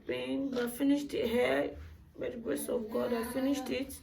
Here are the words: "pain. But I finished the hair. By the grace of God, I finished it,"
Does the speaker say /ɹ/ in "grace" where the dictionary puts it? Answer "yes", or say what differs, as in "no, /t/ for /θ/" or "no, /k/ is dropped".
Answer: no, /ɹ/ is dropped